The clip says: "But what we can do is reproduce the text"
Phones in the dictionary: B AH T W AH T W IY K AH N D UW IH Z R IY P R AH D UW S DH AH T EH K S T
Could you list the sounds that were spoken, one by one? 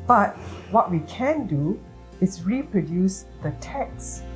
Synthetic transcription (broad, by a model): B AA T W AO T W IY K AH N D UW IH S R IY P R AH D UW S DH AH T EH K S